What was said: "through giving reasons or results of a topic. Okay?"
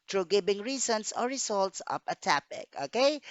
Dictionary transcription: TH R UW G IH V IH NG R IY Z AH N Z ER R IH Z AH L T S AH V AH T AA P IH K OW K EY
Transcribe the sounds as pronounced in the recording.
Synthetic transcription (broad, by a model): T R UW G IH B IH NG R IY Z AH N S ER R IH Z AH L T S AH P AH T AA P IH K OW K EY